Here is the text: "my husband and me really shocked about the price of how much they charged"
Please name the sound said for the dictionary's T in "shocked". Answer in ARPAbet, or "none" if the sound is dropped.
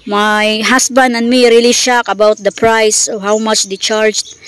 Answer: none